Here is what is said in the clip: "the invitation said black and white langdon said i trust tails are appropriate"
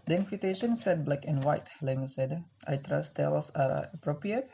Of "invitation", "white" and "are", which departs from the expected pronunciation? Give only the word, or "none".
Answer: invitation